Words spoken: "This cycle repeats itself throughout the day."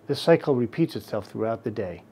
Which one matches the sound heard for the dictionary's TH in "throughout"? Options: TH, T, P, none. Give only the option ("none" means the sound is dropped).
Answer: TH